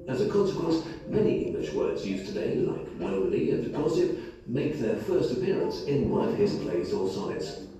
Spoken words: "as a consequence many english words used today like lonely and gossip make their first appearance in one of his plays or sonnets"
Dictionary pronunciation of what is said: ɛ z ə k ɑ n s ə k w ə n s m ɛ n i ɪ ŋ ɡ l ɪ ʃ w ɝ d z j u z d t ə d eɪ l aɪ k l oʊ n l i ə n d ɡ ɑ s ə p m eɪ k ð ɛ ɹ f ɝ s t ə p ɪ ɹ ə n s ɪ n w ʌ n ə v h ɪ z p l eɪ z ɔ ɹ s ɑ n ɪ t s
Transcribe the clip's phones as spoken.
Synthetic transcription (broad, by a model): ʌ z ə k ɑ n s ə k w ə n s m ɛ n i ɪ ŋ ɡ l ɪ ʃ w ɝ d z j u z t ə d eɪ l aɪ k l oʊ l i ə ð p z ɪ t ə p m eɪ k ð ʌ ɹ f ɝ s t ə p ɪ ɹ ə n s ɪ n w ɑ ə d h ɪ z p l eɪ z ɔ l s ɑ ɪ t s